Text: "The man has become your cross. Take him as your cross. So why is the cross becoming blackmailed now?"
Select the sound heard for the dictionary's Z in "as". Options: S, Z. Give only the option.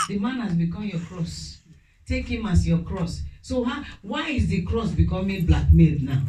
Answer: S